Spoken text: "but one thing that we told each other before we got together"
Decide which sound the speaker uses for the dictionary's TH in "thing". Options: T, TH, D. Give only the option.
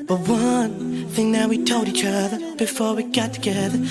TH